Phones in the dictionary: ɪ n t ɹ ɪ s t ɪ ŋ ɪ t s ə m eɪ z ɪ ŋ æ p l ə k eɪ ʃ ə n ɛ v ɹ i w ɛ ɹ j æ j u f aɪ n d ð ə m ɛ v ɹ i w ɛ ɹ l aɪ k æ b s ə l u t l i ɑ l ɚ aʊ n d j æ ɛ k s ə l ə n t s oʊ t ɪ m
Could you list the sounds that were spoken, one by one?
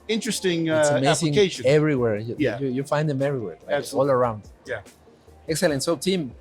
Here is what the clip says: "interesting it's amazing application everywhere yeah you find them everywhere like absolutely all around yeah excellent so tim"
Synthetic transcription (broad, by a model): ɪ n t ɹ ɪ s t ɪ ŋ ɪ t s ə m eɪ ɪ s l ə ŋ eɪ ə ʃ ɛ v ɹ i w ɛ ɹ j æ j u f aɪ n d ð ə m ɛ v ɹ i w ɛ ɹ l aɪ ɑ s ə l l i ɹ aʊ n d j æ ɛ k s ə l ə n t s oʊ t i m